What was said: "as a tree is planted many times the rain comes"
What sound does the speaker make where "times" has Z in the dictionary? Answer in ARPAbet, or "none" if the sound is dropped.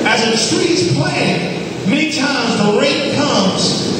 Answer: Z